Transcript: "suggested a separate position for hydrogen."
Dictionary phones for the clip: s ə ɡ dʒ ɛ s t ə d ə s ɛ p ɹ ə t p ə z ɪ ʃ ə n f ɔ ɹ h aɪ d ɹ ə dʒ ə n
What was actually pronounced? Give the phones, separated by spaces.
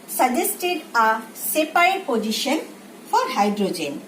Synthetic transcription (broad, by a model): s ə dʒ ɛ s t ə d ə s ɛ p ə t p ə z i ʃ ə n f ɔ ɹ h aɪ d ɹ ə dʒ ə n